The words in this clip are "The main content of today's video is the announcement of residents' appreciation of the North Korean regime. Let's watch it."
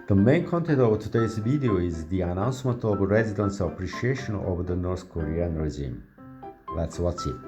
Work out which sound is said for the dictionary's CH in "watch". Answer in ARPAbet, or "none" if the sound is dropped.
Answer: S